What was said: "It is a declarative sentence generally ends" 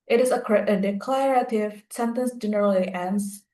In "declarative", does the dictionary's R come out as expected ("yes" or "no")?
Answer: yes